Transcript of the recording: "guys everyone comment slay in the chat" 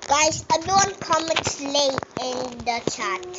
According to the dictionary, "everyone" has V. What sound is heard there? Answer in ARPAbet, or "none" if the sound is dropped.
B